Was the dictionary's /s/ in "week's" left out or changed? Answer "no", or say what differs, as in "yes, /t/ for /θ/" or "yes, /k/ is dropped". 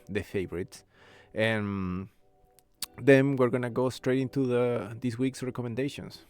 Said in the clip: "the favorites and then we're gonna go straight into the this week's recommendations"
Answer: no